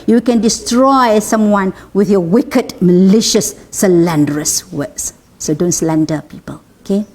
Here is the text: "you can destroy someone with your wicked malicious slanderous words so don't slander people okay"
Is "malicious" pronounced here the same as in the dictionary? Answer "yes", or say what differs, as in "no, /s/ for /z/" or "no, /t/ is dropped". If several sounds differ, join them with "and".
yes